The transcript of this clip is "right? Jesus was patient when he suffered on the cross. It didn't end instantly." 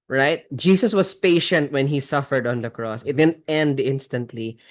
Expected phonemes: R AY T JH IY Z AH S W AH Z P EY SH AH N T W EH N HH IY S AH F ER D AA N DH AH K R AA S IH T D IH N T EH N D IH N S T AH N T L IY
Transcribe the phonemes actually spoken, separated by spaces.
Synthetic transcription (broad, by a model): R AY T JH IY S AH S W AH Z P EY SH AH N T W EH N HH IY S AH F ER D AA N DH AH K R AA S IH T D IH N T EH N D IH N S T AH N T L IY